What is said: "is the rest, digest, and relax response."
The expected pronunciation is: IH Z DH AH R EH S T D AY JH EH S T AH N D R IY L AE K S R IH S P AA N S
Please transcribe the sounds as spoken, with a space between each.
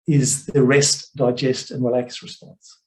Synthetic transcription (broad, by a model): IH Z DH AH R EH S T D AY JH EH S T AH N R IY L AE K S R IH S P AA N S